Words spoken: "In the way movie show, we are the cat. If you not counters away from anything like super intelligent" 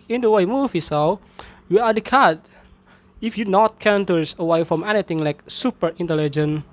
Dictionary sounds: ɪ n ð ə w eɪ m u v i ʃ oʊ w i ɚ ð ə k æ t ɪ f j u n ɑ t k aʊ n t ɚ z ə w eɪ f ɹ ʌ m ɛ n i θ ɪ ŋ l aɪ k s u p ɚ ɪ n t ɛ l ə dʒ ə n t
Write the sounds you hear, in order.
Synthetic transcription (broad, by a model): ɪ n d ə w eɪ m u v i s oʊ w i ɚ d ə k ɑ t ɪ f j u n ɑ t k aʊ n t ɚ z ə w eɪ f ɹ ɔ m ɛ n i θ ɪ ŋ l aɪ k s u p ɚ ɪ n t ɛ l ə dʒ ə n